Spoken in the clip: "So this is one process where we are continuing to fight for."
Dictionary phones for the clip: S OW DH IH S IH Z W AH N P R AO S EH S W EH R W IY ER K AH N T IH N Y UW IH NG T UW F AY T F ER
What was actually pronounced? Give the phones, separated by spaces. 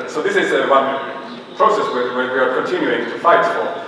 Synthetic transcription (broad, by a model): S OW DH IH S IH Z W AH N P R AO S EH S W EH W W IY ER K AH N T IH N Y UW IH NG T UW F AY T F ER